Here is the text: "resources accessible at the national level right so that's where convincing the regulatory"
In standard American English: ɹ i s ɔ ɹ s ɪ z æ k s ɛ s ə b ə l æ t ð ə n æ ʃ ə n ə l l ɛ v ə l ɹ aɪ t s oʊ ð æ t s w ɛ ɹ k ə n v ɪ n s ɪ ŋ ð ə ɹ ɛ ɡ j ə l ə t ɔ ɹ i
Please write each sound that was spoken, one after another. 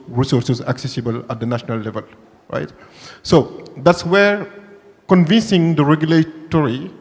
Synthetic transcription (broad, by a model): ɹ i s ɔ ɹ s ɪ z æ k s ɛ s ə b ə l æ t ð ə n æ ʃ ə n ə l l ɛ v ə l ɹ aɪ t s oʊ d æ t s w ɛ ɹ k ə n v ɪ n s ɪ ŋ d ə ɹ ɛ ɡ j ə l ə t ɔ ɹ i